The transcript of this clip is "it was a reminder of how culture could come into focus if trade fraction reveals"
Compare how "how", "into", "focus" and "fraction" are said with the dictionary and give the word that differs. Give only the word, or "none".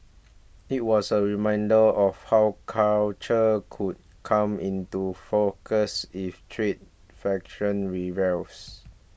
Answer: fraction